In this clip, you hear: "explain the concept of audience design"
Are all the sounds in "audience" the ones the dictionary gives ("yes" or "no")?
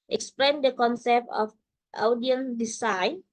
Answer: no